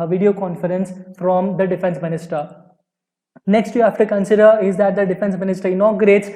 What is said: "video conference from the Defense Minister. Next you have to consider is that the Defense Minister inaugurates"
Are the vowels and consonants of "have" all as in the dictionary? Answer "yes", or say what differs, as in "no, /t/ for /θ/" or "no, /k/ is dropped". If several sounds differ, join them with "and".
no, /f/ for /v/